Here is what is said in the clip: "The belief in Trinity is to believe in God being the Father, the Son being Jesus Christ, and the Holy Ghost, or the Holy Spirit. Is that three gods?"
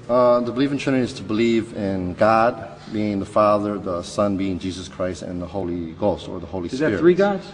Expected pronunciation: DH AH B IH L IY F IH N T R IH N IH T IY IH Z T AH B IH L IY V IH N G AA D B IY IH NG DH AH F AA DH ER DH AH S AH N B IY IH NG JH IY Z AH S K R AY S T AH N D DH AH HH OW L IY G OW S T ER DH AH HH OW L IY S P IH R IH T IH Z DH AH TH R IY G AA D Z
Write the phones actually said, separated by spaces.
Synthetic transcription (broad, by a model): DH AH B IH L IY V IH N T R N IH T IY IH Z T AH B IH L IY V IH N G AA D B IY IH NG DH AH F AA DH ER DH AH S AH N B IY IH NG JH IY Z AH S K R AY S T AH N DH AH HH OW L IY G OW S T ER DH AH HH OW L IY S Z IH R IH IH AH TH R IY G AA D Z